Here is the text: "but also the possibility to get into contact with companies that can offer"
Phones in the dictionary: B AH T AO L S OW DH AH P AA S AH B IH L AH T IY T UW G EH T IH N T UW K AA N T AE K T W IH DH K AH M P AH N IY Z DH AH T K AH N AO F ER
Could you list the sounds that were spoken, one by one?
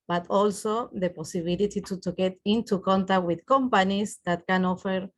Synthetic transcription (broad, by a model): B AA T AO L S OW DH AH P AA S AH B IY L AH T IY T UW G EH T IH N T UW K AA N T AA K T W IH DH K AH M P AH N IY S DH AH T K AH N AO F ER